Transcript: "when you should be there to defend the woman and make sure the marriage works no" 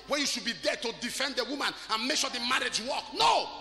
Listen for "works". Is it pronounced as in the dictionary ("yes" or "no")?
no